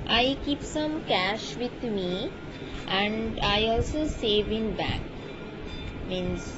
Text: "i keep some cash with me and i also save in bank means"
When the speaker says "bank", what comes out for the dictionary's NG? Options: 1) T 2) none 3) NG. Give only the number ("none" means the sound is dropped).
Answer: 2